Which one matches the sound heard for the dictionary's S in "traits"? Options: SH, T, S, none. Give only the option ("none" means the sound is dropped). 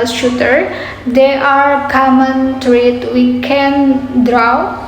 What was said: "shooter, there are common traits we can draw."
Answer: none